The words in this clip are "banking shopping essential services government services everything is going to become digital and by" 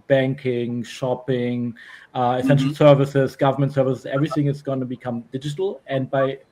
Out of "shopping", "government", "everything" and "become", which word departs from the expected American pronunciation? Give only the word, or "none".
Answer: none